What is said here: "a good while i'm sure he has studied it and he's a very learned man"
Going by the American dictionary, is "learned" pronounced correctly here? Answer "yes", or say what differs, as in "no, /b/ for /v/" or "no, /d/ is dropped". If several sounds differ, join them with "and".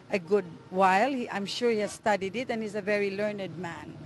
yes